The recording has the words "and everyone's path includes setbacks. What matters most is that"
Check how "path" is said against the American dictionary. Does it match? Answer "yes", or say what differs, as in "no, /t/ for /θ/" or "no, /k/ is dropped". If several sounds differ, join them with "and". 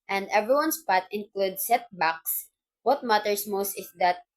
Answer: no, /t/ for /θ/